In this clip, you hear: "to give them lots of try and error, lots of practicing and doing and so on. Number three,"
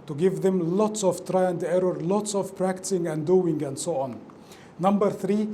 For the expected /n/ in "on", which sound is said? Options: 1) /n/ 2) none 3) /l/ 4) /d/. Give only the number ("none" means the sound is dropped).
1